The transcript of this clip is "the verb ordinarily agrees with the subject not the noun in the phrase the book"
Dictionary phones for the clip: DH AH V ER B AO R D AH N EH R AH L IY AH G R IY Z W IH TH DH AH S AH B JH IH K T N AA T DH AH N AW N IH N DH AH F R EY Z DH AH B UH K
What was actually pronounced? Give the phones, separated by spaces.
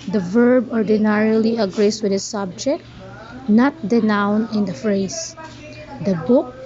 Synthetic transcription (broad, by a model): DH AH V ER B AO R D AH N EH R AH L IY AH G R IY S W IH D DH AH S AH B JH IH K T N AA T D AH N AW N IH N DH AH F R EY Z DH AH B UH K